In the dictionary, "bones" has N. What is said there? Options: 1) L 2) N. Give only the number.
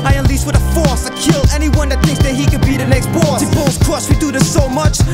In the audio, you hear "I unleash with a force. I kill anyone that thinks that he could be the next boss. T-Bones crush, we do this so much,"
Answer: 1